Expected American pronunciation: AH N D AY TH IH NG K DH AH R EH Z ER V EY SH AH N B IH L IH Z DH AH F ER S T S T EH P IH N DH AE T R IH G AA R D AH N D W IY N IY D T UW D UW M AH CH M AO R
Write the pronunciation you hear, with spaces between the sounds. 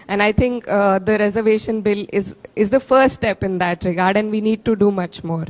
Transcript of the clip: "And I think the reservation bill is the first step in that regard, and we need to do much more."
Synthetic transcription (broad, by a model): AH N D AY T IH NG K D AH R EH Z ER V EY SH AH N B IH L IH Z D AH F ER T S T EH P IH N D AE T R IH G AA R D AH N D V IY N IY D T UW D UW M AH CH M AO R